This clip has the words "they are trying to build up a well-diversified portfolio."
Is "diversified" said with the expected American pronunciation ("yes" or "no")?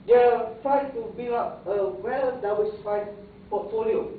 no